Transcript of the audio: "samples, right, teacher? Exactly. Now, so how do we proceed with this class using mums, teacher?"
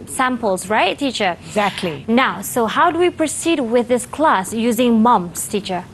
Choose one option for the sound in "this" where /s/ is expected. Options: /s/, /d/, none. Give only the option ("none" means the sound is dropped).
/s/